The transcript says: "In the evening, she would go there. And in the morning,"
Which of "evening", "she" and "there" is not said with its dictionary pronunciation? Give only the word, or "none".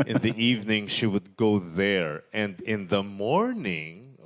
none